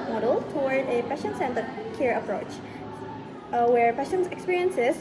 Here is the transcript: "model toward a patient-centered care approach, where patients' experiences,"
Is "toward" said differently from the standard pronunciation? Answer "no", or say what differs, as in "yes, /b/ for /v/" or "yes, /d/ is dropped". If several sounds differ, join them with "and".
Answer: yes, /w/ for /ɹ/